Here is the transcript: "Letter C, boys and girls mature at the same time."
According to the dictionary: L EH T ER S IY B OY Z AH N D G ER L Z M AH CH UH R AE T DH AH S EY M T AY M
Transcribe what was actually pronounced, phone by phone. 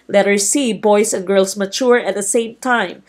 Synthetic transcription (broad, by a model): L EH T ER S IY B OY S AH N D G ER L S M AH CH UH R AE T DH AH S EY M T AY M